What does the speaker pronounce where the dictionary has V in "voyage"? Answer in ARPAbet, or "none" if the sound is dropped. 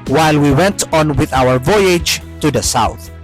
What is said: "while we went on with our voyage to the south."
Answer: V